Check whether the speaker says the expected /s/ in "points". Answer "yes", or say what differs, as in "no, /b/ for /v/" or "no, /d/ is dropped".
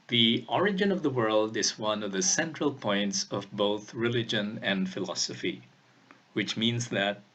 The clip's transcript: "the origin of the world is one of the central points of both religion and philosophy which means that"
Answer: yes